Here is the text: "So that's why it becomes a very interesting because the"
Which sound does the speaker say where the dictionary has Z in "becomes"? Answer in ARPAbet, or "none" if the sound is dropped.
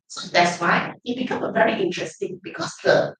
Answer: none